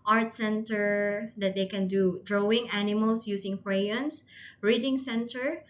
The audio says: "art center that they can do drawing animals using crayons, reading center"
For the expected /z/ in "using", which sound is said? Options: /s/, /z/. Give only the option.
/s/